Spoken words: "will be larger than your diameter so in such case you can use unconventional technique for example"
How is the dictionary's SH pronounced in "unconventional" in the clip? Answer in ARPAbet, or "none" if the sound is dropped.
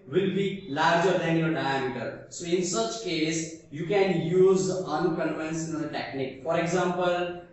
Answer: S